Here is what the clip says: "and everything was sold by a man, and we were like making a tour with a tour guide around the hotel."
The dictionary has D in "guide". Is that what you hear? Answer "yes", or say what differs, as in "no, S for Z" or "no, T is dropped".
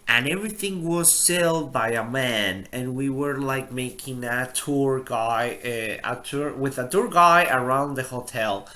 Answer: no, D is dropped